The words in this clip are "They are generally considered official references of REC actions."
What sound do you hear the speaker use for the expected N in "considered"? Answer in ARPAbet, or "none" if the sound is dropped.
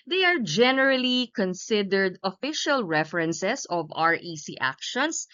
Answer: N